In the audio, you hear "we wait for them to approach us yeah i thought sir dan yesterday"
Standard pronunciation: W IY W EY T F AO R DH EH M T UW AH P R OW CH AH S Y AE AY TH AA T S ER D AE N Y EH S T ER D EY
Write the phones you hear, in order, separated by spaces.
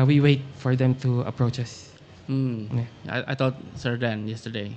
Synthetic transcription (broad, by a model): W IY W EY T F AO R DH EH M T UW AH P R OW CH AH S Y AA AY T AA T S ER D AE N Y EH S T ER D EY